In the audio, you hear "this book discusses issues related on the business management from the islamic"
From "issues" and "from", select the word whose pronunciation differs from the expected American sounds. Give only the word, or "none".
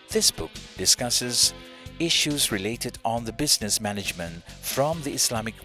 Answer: none